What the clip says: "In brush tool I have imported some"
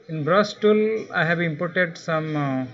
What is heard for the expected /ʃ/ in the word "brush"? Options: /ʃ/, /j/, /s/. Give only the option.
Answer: /s/